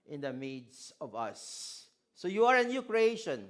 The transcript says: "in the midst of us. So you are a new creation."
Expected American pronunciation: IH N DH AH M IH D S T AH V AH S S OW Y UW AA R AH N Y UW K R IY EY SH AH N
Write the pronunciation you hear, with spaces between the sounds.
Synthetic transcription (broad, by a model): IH N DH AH M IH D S AH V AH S S OW Y UW AA R AH N Y UW K R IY EY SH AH N